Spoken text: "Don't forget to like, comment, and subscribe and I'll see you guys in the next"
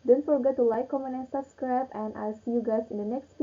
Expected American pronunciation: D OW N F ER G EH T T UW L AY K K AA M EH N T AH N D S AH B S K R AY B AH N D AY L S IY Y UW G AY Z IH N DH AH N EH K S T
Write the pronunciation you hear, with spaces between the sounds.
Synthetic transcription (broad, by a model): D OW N F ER G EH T T UW L AY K K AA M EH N AH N S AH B S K R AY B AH N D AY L S IY Y UW G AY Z IH N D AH N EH K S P